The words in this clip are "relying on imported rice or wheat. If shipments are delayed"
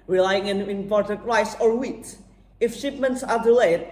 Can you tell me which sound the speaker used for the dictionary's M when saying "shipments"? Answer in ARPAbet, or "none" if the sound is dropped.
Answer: M